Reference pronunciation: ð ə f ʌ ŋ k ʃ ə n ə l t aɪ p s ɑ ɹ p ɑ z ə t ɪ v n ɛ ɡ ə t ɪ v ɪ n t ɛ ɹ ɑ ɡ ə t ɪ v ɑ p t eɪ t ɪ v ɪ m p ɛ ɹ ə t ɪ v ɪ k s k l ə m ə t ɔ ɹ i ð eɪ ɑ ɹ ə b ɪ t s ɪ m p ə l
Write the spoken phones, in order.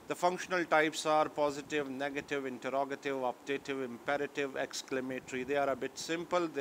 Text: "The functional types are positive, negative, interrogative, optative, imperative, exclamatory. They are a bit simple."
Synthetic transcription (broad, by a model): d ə f ʌ ŋ k ʃ ə n ə l t aɪ p s ɑ ɹ p ɑ z ə t ɪ v n ɛ ɡ ə t ɪ v ɪ n t ɛ ɹ ɑ ɡ ə t ɪ v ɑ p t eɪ t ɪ v ɪ m p ɛ ɹ ə t ɪ v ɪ k s k l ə m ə t ɹ i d eɪ ɑ ɹ ə b ɪ t s ɪ m p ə l